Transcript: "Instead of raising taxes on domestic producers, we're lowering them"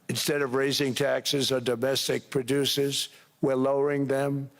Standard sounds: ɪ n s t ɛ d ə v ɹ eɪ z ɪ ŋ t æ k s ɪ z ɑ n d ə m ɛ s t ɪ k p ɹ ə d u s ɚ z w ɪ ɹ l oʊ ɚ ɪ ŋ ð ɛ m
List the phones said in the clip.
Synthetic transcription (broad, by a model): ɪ n s t ɛ d ə v ɹ eɪ z ɪ ŋ t æ k s ɪ z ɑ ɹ d ə m ɛ s t ɪ k p ɹ ə d u s ɚ z w ɪ ɹ l oʊ ɚ ɪ ŋ ð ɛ m